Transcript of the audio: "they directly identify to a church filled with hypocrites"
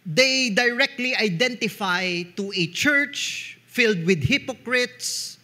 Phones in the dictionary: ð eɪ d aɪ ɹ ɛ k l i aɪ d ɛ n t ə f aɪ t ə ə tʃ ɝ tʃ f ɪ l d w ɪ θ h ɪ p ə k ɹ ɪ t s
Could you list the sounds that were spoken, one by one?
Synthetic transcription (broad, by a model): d eɪ d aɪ ɹ ɛ k l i aɪ d ɛ n t ə f aɪ t ə ə tʃ ɝ tʃ f ɪ l d w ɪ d h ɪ p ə k ɹ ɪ t s